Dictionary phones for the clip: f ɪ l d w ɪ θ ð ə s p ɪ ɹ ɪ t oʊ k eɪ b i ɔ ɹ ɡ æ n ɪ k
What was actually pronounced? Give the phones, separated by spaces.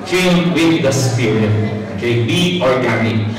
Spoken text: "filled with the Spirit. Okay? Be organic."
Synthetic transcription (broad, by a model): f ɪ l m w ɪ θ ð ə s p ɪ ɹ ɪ oʊ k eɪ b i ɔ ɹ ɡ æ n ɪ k